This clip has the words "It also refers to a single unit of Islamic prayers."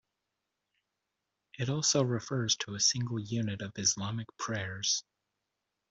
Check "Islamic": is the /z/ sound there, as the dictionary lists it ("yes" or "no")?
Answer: yes